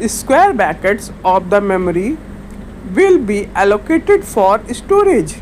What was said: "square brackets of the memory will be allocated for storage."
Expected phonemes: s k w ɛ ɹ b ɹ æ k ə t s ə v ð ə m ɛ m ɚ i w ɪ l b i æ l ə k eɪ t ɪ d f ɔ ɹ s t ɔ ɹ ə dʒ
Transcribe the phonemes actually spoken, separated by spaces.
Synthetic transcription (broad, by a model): s k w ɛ ɹ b æ k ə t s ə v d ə m ɛ m ɚ i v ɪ l b i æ l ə k eɪ t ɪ d f ɔ ɹ s t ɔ ɹ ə dʒ